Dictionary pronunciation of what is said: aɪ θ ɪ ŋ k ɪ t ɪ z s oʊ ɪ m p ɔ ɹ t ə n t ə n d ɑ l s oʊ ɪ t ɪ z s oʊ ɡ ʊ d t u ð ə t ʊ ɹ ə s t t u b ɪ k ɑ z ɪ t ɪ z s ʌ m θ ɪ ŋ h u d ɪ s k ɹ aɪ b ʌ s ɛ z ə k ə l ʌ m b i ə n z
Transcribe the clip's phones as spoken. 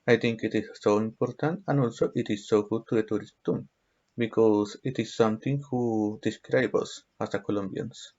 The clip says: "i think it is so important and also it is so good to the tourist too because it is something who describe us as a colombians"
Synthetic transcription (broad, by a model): aɪ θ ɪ ŋ k ɪ t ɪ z s oʊ ɪ m p ɔ ɹ t ə n t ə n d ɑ l s oʊ ɪ t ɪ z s oʊ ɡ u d t u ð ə t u ɹ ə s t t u b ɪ k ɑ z ɪ t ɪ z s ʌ m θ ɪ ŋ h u d ɪ s k ɹ aɪ b ʌ s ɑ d ə k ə l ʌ m b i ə n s